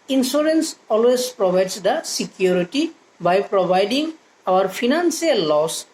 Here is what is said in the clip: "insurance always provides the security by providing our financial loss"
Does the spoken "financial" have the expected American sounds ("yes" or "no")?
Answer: no